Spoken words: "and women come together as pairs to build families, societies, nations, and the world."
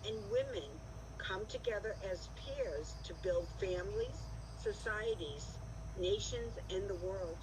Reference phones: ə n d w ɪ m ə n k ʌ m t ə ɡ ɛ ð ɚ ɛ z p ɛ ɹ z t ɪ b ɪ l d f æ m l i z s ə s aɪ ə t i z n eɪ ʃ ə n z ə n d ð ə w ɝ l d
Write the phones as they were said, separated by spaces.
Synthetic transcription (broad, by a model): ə n w ɪ m ə n k ʌ m t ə ɡ ɛ ð ɚ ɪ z p ɛ ɹ z t ɪ b ɪ l d f æ m l i z s ə s aɪ ə t i z n eɪ ʃ ə n z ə n ð ə w ɝ l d